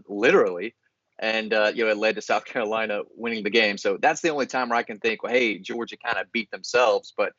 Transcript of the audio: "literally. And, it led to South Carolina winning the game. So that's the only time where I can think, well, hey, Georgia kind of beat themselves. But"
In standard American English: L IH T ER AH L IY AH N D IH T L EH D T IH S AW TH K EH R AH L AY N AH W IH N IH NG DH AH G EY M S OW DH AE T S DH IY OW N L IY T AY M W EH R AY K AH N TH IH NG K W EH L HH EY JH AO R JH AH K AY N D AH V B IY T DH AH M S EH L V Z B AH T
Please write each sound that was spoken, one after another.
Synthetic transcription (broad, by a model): L IH T ER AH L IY AH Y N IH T L EH D T IH S AW TH K EH R AH L AY N AH W IH N IH NG DH AH G EY M S OW DH AE T S DH IY OW N L IY T AY M W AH R AY K AH N TH IH NG K W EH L HH EY JH AO R JH AH K AY N D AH B IY T DH AH M S EH L V Z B AH T